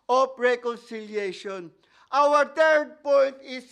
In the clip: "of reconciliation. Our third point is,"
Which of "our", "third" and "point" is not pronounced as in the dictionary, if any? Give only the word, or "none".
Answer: third